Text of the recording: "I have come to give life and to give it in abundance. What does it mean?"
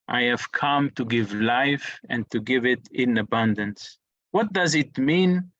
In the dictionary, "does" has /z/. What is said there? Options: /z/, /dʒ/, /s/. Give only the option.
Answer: /z/